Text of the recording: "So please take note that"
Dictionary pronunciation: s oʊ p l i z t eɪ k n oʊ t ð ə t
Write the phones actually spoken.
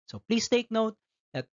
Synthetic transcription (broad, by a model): s oʊ p l i s t eɪ k n oʊ t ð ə t